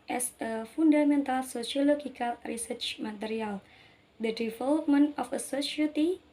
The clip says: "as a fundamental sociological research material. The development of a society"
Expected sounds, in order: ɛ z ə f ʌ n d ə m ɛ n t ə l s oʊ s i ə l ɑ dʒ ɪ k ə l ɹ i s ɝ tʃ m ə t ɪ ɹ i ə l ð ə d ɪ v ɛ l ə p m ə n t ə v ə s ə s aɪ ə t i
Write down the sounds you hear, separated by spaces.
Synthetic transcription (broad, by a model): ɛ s ə f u n d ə m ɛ n t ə l s oʊ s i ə l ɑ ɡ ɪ k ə l ɹ i s ɝ tʃ m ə t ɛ ɹ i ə l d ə d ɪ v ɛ l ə p m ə n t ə f ə s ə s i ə t i